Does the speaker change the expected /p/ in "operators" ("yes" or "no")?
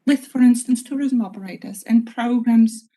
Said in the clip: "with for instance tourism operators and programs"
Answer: yes